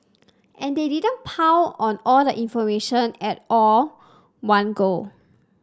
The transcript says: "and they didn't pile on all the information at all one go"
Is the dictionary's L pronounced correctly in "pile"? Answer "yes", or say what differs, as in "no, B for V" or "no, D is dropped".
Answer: no, W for L